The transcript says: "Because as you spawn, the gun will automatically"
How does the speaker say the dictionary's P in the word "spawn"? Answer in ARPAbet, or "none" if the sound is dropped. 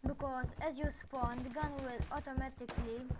P